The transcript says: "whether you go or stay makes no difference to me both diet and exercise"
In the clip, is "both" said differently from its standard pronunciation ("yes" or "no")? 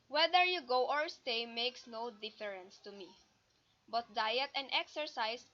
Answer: yes